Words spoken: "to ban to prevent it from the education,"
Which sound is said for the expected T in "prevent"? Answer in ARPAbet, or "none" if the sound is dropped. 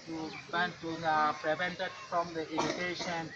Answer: T